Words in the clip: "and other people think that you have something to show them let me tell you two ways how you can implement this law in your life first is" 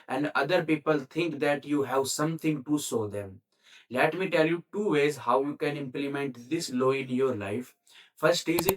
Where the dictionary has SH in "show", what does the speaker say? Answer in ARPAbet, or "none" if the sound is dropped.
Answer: S